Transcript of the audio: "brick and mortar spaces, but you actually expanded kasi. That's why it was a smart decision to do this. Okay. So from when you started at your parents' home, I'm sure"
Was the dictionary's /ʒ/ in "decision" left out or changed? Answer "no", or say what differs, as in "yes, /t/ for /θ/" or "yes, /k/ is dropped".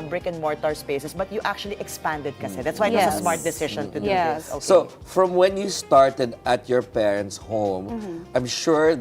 yes, /ʃ/ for /ʒ/